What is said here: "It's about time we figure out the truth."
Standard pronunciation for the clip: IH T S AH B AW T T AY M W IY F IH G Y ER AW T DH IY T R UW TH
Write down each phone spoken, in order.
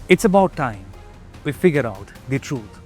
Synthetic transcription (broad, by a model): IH T S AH B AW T T AY M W IY F IH G Y ER AW T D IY T R UW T